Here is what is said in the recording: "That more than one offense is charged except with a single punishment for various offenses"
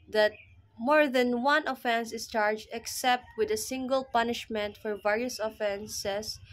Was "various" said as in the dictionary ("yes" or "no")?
yes